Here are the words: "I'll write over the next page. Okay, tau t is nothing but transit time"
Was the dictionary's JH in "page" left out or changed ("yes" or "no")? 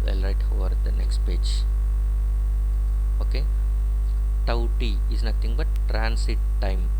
no